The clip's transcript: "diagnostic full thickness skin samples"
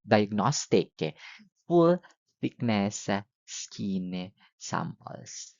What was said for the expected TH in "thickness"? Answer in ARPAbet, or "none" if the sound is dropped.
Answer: F